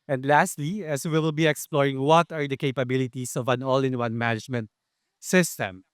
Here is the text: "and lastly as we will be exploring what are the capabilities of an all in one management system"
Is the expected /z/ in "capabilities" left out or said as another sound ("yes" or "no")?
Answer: yes